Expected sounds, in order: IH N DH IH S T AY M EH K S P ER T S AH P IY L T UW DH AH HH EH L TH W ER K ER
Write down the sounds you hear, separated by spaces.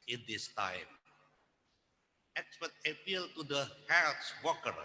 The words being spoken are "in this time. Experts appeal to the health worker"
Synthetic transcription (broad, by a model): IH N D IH S T AY M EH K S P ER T AH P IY L T UW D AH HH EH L S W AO K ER